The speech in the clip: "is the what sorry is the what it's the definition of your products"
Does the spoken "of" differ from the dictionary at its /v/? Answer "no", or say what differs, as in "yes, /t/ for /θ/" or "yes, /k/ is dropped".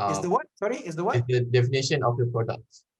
yes, /f/ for /v/